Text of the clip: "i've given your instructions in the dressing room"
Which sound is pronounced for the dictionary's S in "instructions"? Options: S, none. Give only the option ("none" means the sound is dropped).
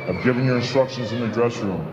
S